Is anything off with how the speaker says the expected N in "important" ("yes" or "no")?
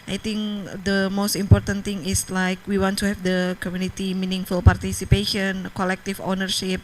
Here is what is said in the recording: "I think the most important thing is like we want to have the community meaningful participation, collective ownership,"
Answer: no